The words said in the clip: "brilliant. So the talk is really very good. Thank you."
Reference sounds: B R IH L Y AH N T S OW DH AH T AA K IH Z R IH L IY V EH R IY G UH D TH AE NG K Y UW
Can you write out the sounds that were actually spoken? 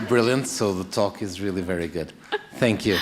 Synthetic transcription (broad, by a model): B R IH L Y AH N T S OW DH AH T AA K IH Z R IH L IY V EH R IY G UH D TH AE NG K Y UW